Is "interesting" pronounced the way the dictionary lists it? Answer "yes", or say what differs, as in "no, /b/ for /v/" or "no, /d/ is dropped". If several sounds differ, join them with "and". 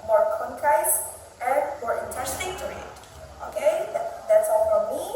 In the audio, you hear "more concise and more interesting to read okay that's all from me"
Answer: no, /ɹ/ is dropped